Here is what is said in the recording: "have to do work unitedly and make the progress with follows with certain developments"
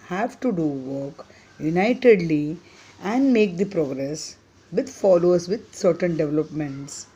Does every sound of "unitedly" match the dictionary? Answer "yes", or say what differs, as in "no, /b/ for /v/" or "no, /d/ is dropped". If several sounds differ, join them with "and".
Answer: yes